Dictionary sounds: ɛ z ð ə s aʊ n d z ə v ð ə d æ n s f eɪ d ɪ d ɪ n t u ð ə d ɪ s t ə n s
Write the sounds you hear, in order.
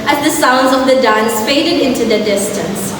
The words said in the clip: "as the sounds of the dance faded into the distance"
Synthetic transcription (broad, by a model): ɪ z ð ə s aʊ n d z ə v ð ə d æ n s f eɪ d ɪ d ɪ n t u ð ə d ɪ s t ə n s